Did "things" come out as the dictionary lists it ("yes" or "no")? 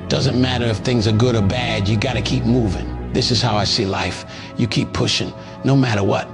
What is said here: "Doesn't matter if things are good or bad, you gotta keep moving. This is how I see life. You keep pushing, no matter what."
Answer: yes